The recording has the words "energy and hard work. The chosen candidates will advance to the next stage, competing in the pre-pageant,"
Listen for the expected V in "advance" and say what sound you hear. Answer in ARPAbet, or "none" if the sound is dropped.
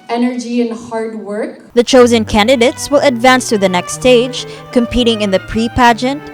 V